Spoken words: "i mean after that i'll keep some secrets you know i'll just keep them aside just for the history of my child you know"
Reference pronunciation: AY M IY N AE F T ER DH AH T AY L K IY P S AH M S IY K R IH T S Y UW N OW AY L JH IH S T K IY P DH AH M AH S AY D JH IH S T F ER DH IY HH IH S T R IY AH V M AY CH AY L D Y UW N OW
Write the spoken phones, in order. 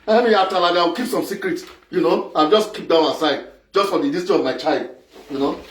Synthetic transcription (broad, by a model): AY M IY AA T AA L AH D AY W K IY P S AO M S IY K R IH T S Y UW N OW AY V JH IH S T K IY P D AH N AH S AY D JH IH S T F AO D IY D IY S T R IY AH V M AY CH AY L D Y UW N OW